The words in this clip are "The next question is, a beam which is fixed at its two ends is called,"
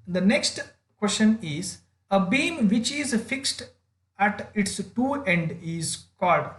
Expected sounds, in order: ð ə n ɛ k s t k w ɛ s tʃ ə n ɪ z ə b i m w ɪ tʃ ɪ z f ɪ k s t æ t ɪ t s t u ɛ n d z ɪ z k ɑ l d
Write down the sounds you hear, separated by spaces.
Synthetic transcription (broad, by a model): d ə n ɛ k s t k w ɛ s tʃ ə n ɪ z ə b i m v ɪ tʃ ɪ z f ɪ k s t æ t ɪ t s t u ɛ n d ɪ z k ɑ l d